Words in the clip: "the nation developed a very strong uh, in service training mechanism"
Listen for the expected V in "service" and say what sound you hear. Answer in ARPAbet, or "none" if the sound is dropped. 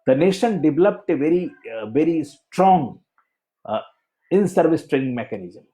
V